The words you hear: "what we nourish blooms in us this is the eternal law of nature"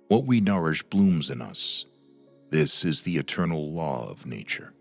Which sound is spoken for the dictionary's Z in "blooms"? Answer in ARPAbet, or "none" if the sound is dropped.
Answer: Z